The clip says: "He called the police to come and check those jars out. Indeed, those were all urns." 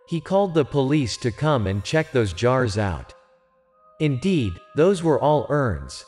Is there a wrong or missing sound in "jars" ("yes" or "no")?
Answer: no